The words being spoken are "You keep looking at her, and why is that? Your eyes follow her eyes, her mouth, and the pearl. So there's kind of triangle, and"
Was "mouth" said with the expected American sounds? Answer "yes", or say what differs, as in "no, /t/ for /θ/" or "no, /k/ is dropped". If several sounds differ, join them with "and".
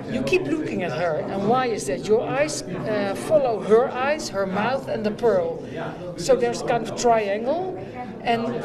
yes